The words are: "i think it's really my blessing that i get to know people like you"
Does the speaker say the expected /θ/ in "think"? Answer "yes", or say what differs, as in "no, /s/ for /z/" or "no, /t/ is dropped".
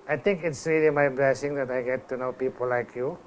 no, /t/ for /θ/